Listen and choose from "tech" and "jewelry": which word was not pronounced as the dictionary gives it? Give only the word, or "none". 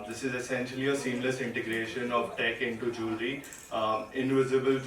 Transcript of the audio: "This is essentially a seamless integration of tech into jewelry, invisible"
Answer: jewelry